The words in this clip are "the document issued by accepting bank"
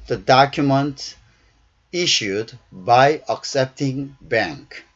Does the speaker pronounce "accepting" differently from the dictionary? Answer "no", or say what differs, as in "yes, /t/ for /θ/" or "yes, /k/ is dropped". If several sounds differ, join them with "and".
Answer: no